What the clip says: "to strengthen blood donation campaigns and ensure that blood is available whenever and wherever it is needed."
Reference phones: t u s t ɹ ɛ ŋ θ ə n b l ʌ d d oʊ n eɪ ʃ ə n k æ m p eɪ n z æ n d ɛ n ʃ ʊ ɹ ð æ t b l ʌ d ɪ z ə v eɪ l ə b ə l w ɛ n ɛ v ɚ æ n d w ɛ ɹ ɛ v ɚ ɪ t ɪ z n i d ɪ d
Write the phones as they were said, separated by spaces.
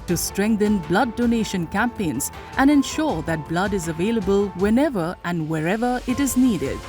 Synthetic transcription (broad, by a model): t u s t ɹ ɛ ŋ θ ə n b l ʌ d d oʊ n eɪ ʃ ə n k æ m p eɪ n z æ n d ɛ n ʃ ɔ ɹ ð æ t b l ʌ d ɪ z ə v eɪ l ə b ə l w ɛ n ɛ v ɚ æ n d w ɛ ɹ ɛ v ɚ ɪ t ɪ z n i d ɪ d